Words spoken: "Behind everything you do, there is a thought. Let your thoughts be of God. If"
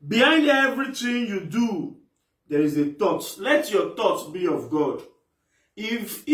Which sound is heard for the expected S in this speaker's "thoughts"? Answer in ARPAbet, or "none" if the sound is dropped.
none